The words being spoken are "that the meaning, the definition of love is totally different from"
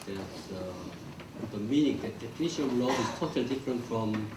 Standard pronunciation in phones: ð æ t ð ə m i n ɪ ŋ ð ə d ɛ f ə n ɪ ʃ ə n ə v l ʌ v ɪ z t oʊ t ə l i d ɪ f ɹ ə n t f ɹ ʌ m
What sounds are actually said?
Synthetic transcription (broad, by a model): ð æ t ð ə m i n ɪ ŋ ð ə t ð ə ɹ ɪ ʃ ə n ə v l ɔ ɪ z t oʊ t ə l i d ɪ f ɹ ə n t f ɹ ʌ m